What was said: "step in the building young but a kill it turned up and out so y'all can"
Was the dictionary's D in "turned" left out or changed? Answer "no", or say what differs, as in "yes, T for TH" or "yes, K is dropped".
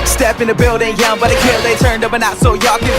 no